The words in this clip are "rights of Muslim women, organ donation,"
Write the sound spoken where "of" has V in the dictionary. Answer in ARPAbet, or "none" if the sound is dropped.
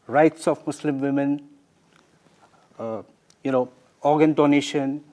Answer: F